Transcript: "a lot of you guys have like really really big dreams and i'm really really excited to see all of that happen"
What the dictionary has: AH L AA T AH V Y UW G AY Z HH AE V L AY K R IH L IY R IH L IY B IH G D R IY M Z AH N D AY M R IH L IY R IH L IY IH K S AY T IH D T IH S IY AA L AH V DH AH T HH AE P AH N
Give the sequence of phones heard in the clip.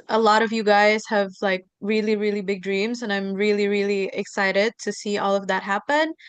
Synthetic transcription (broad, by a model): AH L AA T AH V Y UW G AY Z HH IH V L AY K R IH L IY R IH L IY B IH G D R IY M Z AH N AY M R IH L IY R IH L IY IH K S AY T IH D T IH S IY AA L AH V DH AH T HH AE P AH N